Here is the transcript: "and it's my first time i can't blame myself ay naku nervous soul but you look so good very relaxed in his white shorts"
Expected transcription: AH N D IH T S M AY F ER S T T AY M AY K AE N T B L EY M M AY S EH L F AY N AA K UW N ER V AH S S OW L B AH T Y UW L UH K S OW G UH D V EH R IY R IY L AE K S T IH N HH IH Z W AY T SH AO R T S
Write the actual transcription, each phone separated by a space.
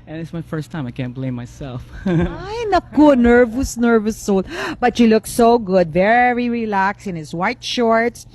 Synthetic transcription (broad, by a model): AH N IH T S M AY F ER S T T AY M AY K AE N T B L EY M M AY S EH L F AY N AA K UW N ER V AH S S OW L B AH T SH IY L UH K S OW G UH D V EH R IY R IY L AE K S IH N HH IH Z W AY T SH AO R T S